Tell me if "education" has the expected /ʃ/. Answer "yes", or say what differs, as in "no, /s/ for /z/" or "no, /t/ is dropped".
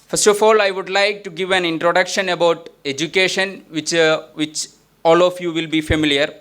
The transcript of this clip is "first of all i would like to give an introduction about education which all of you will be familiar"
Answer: yes